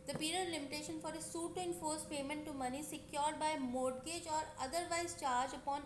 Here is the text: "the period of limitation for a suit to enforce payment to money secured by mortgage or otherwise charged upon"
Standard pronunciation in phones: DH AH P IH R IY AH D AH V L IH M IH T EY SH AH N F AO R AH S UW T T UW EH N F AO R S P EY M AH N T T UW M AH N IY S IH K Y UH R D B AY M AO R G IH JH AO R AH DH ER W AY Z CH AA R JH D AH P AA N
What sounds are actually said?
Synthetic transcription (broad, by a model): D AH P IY R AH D L IH M IH T EY SH AH N F AO R AH S UW T T UW EH N F AO R S P EY M AH N T T UW M AH N IY S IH K Y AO R D B AY M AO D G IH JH AO R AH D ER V AY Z CH AA R JH AH P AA N